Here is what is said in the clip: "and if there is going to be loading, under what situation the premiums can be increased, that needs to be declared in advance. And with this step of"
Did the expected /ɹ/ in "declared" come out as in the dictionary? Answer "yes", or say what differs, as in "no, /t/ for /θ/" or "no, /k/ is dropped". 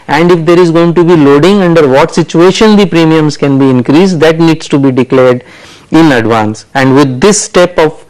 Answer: yes